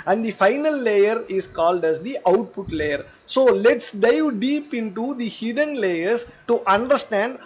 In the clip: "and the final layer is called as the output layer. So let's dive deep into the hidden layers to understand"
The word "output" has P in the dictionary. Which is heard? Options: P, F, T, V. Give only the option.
P